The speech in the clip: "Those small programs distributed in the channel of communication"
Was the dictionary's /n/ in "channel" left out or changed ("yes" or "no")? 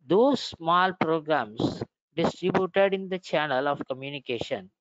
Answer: no